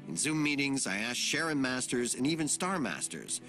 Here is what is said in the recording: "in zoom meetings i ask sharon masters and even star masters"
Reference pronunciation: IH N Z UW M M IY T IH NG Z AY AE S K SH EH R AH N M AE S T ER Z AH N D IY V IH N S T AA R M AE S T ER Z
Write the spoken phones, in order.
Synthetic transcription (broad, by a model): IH N Z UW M M IY T IH NG Z AY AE S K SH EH R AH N M AE S T ER Z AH N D IY V IH N S T AA R M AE S T ER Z